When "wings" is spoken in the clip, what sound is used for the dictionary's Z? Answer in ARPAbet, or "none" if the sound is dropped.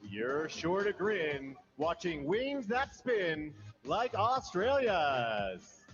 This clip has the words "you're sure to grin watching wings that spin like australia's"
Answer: Z